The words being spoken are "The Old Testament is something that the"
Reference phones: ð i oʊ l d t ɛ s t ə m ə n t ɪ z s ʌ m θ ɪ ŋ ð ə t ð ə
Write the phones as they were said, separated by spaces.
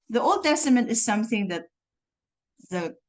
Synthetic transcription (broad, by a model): ð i oʊ l d t ɛ s t ə m ə n t ɪ z s ʌ m θ ɪ ŋ ð ə t ð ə